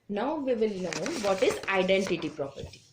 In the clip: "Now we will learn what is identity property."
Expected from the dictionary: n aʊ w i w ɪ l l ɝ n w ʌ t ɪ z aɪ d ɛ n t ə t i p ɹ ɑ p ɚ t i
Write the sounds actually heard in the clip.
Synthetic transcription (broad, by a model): n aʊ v i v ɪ l n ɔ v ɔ t ɪ z aɪ d ɛ n t ə t i p ɹ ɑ p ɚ t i